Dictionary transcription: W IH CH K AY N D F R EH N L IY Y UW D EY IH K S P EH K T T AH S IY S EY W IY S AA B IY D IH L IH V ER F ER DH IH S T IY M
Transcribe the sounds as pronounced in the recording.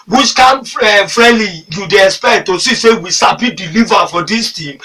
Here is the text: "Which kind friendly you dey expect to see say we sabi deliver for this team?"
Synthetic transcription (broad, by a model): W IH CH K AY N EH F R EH L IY Y UW D EY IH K S P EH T T AH S IY S EY W IY S AA B IY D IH L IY V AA F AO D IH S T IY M